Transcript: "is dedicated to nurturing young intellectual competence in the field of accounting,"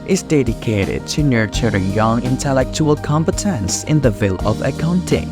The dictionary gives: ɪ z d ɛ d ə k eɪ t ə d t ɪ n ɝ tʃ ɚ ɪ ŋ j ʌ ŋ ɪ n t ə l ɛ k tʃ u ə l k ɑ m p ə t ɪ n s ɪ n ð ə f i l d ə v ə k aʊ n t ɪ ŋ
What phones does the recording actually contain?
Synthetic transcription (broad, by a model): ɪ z d ɛ d ə k eɪ t ə d t ɪ n ɝ tʃ ɚ ɪ ŋ j ʌ ŋ ɪ n t ə l ɛ k tʃ u ə l k ɑ m p ə t ɪ n s ɪ n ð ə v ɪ l ə v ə k aʊ n t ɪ ŋ